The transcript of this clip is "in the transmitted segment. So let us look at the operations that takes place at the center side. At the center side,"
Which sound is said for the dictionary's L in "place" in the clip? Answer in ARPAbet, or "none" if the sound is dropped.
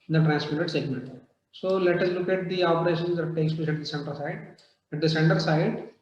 none